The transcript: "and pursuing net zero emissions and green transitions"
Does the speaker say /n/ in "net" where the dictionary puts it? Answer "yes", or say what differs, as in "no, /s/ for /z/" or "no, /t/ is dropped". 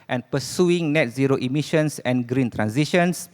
yes